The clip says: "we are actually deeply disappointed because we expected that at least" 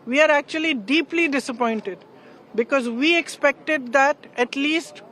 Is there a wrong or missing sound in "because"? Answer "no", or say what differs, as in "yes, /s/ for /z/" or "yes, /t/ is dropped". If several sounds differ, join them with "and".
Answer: no